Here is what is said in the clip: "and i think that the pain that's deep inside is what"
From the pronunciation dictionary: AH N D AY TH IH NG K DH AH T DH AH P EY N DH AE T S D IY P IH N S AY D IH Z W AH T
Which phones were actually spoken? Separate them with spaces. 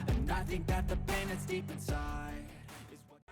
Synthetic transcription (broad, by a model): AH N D AY TH IH NG K DH AH T DH AH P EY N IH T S D IY P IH N S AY IH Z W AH